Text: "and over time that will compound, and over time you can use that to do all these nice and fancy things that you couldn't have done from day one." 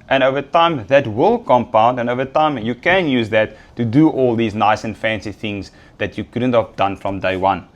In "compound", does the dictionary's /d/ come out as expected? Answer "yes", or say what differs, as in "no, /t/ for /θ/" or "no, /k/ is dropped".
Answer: yes